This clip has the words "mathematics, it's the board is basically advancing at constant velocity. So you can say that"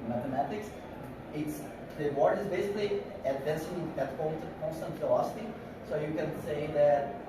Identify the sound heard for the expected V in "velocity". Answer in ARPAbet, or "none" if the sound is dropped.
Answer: F